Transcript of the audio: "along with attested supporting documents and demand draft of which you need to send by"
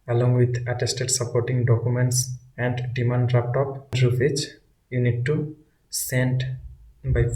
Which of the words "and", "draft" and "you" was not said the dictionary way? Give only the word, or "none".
draft